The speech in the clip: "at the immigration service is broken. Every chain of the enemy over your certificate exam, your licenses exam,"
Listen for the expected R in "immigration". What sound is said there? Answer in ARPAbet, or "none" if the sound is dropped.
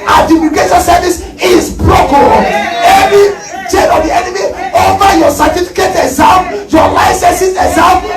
none